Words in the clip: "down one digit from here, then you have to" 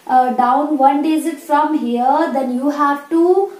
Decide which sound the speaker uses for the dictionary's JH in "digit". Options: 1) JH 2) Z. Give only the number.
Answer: 2